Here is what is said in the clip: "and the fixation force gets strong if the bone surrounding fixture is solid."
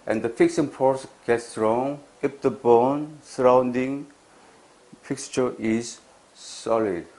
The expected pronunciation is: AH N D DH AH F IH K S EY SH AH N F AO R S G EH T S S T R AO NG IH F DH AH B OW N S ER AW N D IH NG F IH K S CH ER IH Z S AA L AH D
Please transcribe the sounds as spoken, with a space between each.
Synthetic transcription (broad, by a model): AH N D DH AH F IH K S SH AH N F AO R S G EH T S S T R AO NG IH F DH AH B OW N S ER AW N D IH NG F IH K S CH ER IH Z S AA L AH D